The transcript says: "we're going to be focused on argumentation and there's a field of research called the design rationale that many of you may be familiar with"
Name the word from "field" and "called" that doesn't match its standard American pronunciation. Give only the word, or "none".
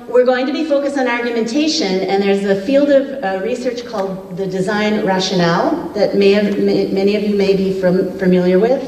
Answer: none